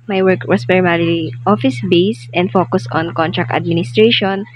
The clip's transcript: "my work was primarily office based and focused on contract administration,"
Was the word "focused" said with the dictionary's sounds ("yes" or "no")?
no